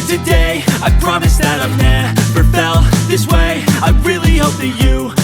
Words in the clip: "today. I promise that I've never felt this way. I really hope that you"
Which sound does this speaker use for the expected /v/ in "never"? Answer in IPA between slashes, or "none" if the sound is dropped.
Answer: /p/